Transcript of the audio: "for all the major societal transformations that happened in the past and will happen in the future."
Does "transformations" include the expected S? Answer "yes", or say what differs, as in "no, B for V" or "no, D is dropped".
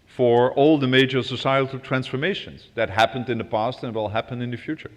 yes